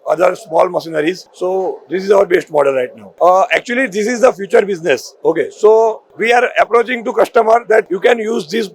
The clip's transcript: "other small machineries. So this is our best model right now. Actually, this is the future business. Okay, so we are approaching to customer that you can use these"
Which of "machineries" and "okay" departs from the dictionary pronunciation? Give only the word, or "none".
machineries